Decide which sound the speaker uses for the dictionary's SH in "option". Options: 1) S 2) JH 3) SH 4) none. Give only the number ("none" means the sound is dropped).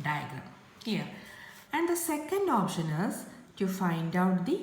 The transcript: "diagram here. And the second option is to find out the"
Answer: 3